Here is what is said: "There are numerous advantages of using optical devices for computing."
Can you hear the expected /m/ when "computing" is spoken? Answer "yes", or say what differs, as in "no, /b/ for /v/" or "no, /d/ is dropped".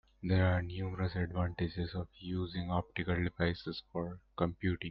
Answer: yes